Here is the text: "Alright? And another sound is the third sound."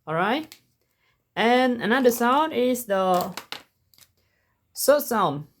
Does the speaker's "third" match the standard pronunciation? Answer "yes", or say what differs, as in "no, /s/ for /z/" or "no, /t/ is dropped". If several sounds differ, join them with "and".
no, /s/ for /θ/